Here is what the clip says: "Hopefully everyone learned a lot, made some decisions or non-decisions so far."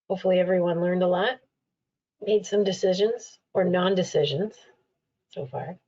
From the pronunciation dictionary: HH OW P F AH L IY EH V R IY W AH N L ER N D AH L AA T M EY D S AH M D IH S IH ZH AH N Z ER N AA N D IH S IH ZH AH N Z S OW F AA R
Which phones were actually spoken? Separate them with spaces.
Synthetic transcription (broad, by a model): HH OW P F L IY EH V R IY W AH N L ER N D AH L AA T M EY D S AH M D IH S IH ZH AH N Z ER N AA N D IH S IH ZH AH N Z S OW F AA R